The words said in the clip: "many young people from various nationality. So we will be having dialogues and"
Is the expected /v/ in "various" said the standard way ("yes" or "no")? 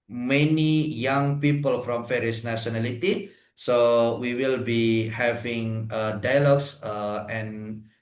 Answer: no